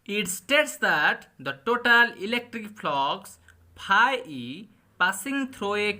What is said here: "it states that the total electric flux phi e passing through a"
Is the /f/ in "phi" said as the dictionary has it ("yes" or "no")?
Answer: no